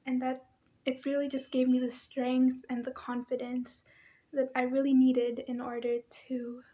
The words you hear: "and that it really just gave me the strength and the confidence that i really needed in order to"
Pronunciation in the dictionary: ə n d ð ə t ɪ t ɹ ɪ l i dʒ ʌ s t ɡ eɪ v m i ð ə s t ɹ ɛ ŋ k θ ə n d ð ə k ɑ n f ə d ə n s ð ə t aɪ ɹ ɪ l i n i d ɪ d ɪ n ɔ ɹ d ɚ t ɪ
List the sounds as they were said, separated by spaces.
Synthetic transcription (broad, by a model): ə n ð ə t ɪ t ɹ ɪ l i dʒ ʌ s ɡ eɪ v m i ð ə s t ɹ ɛ ŋ k θ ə n ð ə k ɑ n f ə d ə n s ð ə t aɪ ɹ ɪ l i n i d ɪ d ɪ n ɔ ɹ d ɚ t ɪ